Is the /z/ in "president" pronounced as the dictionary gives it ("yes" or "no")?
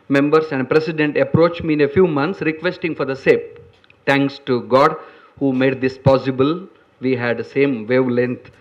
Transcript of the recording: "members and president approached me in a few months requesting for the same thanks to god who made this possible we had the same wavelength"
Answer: no